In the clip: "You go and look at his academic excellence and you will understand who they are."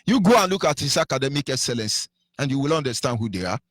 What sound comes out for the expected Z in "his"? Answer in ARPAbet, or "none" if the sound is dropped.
S